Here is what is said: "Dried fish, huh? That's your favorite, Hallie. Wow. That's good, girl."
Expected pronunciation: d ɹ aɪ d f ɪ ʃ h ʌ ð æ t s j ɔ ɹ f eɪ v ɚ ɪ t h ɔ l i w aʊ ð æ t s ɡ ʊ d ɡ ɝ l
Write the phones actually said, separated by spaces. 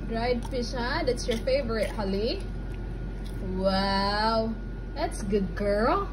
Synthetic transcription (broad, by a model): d ɹ aɪ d p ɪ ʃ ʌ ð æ t s j ɔ ɹ f eɪ v ɚ ɪ t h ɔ l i w aʊ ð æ t s ɡ ʊ d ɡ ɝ l